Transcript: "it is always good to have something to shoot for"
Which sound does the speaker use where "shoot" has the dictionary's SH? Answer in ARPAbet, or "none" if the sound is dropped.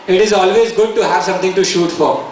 SH